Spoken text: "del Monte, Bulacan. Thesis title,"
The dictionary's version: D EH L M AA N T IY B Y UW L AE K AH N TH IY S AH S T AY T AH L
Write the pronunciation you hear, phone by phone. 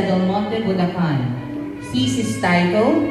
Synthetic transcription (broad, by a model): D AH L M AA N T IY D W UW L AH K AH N S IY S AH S T AY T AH L